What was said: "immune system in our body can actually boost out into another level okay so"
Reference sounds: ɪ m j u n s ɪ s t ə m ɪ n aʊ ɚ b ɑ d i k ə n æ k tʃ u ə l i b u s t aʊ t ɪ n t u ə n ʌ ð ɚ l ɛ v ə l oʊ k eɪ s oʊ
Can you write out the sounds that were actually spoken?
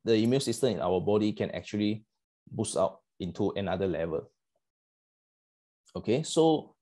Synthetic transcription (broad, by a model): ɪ m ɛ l s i s t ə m ɪ n aʊ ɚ b ɑ d i k ə n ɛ k tʃ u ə l i b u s aʊ t ɪ n t u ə n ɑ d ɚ l ɛ v ə l oʊ k eɪ s oʊ